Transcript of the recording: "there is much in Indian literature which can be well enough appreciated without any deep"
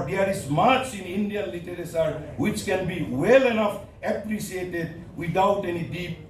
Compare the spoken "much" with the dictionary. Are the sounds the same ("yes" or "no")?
no